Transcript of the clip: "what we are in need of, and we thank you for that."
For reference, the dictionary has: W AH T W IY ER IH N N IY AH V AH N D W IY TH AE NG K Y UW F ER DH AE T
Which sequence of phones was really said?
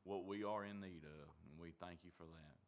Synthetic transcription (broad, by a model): W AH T W IY ER IH N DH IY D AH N W IY TH AE NG K Y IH F ER DH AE T